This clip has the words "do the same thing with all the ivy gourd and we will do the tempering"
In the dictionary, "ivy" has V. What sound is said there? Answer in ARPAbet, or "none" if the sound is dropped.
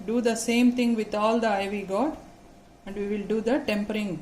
V